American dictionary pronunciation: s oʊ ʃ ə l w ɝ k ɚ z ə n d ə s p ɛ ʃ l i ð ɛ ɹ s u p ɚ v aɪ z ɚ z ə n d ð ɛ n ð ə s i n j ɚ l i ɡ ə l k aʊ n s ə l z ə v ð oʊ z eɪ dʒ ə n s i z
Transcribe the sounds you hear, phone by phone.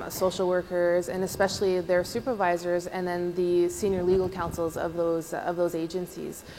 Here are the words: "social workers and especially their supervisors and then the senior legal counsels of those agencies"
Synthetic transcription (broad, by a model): s oʊ ʃ l w ɝ k ɚ z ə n ə s p ɛ ʃ l i ð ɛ ɹ s u p ɚ v aɪ z ɚ z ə n ð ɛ n ð ə s i n j ɚ l i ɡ l k aʊ n s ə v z ə v ð oʊ z eɪ dʒ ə n s i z